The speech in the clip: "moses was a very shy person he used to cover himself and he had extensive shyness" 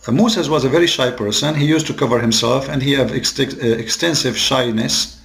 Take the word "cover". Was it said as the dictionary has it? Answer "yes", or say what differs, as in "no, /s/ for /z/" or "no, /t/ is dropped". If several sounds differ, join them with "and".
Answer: yes